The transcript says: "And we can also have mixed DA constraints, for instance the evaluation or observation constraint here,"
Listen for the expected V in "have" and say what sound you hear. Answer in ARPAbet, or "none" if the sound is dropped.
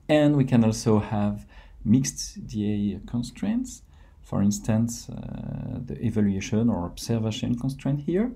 V